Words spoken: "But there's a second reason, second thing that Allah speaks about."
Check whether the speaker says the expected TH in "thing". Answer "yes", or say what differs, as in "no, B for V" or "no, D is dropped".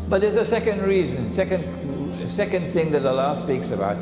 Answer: yes